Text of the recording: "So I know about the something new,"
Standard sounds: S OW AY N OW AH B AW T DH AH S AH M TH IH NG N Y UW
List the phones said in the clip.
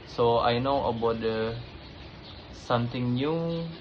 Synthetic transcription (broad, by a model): S OW AY N OW AH B AW T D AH S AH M T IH NG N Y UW